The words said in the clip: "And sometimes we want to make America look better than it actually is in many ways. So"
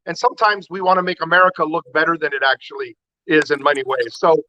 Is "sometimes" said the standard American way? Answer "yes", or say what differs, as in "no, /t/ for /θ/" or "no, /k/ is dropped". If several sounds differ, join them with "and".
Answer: yes